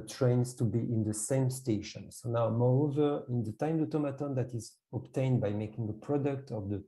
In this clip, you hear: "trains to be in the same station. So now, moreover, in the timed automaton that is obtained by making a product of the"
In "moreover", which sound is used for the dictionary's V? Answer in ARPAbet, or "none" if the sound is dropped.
V